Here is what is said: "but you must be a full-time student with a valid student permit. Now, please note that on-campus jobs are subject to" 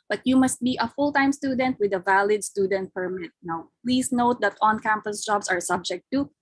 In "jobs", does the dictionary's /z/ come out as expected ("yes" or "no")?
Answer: no